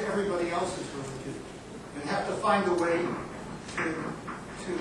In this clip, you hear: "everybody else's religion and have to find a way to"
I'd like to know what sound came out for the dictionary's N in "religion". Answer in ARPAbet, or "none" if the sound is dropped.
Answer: none